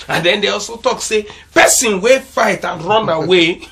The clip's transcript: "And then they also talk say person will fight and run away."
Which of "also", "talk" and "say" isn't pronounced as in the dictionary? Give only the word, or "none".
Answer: none